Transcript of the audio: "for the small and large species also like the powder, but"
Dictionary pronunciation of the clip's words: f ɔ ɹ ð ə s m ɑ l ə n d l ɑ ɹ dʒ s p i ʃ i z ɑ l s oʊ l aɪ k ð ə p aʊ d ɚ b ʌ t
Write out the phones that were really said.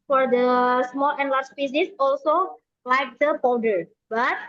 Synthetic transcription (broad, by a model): f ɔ ɹ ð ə s m ɑ l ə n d l ɑ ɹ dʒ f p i s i s ɑ l s oʊ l aɪ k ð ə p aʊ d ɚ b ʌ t